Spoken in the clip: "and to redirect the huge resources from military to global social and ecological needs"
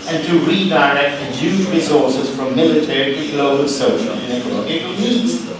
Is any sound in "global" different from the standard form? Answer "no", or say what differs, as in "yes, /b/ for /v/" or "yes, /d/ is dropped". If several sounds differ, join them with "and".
yes, /b/ is dropped